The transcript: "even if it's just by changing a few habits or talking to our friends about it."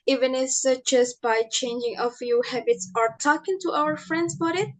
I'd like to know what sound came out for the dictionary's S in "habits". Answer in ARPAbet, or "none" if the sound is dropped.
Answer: S